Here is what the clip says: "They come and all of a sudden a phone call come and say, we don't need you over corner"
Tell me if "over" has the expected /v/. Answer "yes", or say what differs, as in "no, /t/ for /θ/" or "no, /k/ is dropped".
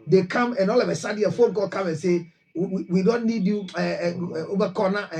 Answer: no, /b/ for /v/